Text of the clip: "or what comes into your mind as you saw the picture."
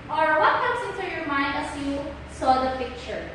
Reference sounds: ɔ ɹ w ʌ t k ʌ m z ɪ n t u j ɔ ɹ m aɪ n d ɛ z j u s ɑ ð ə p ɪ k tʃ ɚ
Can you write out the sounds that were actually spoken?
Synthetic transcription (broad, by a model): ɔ ɹ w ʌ t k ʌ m s ɪ n t u j ɔ ɹ m aɪ n d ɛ s j u s ɑ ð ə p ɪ k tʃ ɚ